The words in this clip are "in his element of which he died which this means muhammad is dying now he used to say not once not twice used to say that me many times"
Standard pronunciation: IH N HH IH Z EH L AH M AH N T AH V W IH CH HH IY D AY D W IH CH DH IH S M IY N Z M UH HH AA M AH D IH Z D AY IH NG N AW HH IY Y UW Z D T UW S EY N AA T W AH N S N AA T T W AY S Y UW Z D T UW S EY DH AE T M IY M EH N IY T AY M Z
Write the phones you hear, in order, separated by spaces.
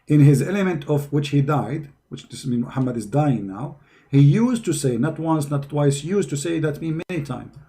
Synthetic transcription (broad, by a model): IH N HH IH Z EH L AH M AH N T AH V W IH CH HH IY D AY D W IH CH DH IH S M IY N M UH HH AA M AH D IH Z D AY IH NG N AW HH IY Y UW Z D T UW S EY N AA T W AH N S N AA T T W AY S Y UW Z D T UW S EY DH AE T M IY M EH N IY T AY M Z